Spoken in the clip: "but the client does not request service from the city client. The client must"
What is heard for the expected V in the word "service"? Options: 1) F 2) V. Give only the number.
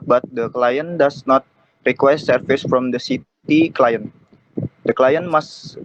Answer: 1